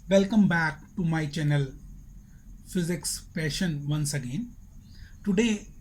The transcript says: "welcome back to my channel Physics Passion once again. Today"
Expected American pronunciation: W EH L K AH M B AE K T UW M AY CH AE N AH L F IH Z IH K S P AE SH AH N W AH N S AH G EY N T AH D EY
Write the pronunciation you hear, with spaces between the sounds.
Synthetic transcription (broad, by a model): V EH L K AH M B AE K T UW M AY CH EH N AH L F IH Z IH K S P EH SH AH N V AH N S AH G EY N T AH D EY